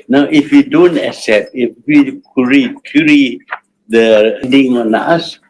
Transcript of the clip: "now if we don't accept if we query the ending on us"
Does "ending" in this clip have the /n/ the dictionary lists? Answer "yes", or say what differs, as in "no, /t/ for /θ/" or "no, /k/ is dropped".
no, /n/ is dropped